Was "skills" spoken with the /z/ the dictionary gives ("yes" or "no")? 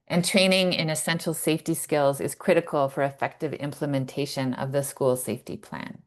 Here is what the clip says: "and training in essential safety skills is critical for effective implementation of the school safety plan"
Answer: yes